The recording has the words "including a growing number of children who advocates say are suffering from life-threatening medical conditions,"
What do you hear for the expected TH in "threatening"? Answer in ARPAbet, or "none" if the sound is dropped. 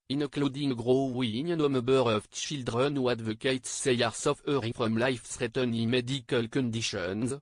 S